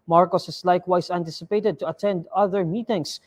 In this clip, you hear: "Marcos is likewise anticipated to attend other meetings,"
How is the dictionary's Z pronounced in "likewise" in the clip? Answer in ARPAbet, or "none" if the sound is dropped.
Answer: S